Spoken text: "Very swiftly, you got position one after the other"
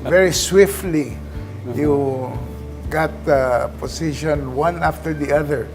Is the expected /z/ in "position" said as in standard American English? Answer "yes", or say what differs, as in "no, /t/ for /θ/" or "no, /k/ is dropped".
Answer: no, /s/ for /z/